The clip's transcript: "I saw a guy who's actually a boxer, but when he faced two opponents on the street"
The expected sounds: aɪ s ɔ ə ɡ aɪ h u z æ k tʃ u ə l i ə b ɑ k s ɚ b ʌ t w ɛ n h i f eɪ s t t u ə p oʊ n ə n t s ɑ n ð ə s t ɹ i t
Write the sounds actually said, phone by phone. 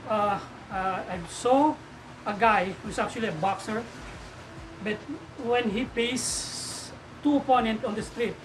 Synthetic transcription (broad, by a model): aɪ s ɔ ə ɡ aɪ h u s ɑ k tʃ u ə l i ə b ɑ k s ɚ b ʌ t w ɛ n h i p eɪ s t t u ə p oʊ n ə n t ɑ n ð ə s t ɹ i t